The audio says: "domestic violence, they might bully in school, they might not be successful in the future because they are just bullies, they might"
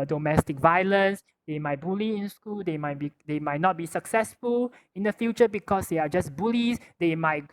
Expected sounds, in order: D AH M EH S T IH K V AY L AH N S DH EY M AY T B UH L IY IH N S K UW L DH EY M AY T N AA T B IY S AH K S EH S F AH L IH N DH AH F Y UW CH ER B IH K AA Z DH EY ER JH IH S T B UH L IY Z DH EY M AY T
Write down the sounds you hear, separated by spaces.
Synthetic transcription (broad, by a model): D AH M EH S T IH K V AY L AH N S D EY M AY T B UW L IY IH N S K UW L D EY M AY T N AA T B IY S AH K S EH S F AH L IH N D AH F Y UW CH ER B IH K AA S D EY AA JH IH S B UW L IY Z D EY M AY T